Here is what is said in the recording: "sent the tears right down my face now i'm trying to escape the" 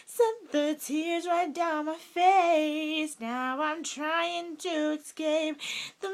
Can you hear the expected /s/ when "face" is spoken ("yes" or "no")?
yes